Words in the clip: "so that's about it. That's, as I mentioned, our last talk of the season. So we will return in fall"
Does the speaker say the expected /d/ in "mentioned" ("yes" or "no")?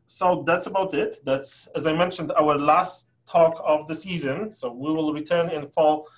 yes